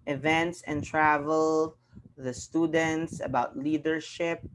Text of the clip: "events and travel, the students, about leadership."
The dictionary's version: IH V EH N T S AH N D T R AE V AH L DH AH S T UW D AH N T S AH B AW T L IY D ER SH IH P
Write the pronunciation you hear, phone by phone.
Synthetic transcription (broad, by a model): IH V EH N T S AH N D T R AE V AH L DH AH S T UW D AH N T S AH B AW T L IY D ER SH IH P